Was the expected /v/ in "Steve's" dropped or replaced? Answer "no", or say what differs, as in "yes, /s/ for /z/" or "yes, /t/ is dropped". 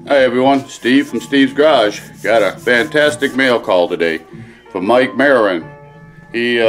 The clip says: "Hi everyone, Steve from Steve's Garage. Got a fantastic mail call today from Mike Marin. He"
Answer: no